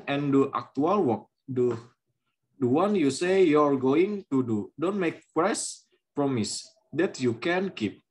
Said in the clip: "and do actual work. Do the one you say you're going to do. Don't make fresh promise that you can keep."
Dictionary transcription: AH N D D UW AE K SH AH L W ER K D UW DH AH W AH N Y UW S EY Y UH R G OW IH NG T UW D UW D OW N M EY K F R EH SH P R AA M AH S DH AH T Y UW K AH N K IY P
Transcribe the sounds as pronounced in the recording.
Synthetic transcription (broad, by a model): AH N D D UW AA K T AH L W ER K D UW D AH W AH N Y UW S EY Y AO R G OW IH NG T UW D UW D OW N M EY K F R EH S P R AA M AH S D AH T Y UW K AH N K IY P